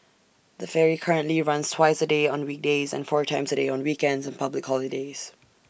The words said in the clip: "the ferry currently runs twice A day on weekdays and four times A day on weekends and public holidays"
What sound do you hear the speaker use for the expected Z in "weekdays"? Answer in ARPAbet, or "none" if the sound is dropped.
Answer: Z